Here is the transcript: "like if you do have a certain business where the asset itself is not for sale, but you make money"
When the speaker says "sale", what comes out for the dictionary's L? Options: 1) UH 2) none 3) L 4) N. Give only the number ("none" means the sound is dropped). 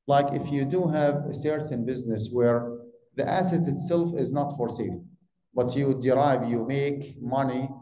4